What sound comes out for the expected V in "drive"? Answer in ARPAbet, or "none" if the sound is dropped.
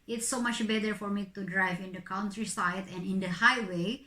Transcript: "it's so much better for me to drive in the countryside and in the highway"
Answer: V